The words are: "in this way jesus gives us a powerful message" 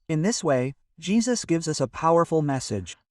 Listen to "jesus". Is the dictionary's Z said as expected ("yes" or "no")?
yes